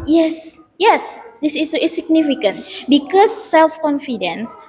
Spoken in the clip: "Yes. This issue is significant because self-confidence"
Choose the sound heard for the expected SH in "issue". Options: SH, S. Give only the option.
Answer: S